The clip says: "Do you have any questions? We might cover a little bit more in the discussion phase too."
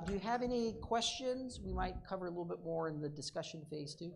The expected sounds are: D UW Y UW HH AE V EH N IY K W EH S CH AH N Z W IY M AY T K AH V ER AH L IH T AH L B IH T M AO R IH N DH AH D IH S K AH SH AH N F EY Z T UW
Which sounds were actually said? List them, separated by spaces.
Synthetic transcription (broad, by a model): D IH Y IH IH V EH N IY K W EH S CH AH N Z W IY M AY T K AH V ER AH L IH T L B IH T M AO R IH N DH AH D IH S K AH SH AH N F EY Z T UW